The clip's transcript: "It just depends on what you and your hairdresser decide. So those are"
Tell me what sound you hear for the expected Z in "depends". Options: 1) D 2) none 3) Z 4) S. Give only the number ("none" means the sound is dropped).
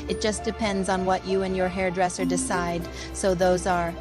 3